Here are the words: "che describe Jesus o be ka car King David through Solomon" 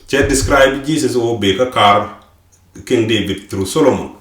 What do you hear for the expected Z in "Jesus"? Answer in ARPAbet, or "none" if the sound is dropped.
S